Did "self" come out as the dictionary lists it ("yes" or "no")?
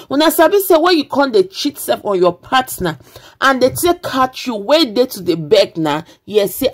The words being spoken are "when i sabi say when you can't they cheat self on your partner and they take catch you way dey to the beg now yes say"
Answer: no